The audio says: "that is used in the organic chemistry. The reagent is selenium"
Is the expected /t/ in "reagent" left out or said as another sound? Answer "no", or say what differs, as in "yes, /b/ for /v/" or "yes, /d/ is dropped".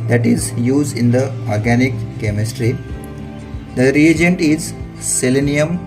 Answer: no